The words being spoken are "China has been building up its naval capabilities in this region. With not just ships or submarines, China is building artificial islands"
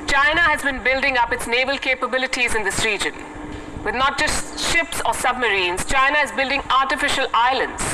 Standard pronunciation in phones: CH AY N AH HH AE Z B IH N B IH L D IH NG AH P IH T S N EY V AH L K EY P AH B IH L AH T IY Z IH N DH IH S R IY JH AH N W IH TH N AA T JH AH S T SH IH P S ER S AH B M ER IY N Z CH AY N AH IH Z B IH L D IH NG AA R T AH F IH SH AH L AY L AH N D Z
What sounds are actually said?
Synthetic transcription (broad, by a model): CH AY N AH HH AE Z B IH N B IH L D IH NG AH P IH T S N EY V AH L K EY P AH B IH L AH T IY Z IH N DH IH S R IY JH AH N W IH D N AA T JH AH S T SH IH P S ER S AH B M ER IY N Z CH AY N AH IH Z B IH L D IH NG AA R T AH F IH SH AH L AY L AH N D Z